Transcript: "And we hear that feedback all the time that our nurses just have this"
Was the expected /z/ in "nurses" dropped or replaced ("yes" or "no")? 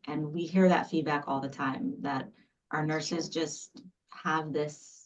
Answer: no